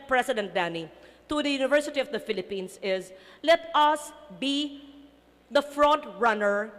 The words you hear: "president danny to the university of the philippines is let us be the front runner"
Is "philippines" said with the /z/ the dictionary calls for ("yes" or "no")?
no